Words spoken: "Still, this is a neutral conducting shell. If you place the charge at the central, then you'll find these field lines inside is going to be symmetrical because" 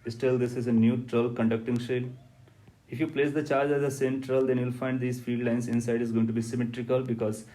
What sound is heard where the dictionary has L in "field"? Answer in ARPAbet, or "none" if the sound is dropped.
none